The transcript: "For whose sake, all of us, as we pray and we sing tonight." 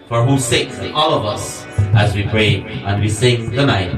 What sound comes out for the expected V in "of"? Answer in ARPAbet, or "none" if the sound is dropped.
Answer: V